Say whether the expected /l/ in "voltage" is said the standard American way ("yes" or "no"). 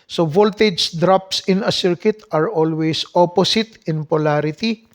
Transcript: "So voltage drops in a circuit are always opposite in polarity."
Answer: yes